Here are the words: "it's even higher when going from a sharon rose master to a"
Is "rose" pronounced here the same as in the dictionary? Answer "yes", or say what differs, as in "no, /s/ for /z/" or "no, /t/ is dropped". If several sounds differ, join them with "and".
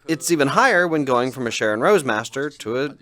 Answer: yes